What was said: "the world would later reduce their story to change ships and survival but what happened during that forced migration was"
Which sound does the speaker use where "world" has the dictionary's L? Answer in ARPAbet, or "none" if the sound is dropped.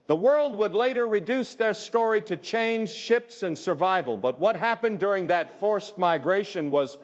L